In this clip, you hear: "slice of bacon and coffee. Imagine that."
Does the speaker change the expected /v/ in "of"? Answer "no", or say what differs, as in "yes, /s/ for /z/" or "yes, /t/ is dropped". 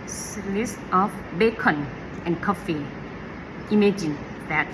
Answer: yes, /f/ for /v/